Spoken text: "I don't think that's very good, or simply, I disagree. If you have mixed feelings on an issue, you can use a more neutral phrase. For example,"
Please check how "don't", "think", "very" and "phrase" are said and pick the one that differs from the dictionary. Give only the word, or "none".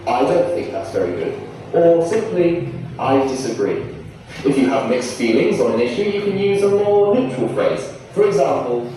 none